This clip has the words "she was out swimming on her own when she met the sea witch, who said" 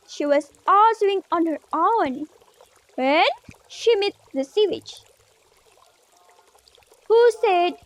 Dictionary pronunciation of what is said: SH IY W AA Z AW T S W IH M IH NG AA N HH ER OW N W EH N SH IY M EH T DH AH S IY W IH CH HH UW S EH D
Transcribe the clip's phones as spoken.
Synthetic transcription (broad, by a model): SH IY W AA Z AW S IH IH NG AA N HH ER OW N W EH N SH IY M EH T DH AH S IY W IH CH HH UW S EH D